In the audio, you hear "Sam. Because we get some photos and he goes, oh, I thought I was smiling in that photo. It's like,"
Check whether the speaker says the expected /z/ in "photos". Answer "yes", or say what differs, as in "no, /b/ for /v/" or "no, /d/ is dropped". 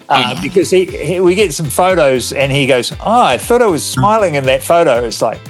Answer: yes